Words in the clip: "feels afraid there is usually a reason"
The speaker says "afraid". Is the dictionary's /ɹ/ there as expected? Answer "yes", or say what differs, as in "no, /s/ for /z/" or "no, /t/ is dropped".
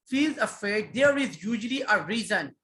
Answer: no, /ɹ/ is dropped